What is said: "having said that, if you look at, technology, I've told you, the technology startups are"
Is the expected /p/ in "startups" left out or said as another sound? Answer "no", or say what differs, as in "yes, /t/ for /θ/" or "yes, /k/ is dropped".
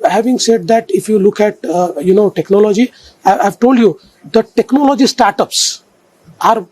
no